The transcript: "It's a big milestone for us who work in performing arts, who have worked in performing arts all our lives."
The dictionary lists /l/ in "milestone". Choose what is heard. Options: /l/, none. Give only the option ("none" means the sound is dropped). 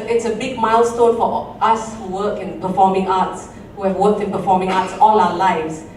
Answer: /l/